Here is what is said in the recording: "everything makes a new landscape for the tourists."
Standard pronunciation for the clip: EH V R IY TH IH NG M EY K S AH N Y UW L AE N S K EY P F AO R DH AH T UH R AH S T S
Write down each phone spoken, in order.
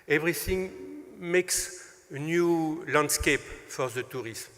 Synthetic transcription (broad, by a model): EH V R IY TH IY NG M EY K S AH N Y UW L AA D S K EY P F AO R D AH T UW R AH S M